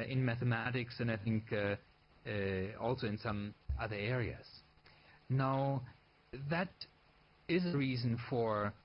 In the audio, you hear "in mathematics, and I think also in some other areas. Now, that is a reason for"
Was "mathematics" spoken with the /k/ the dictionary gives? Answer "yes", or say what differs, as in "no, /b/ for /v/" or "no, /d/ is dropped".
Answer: yes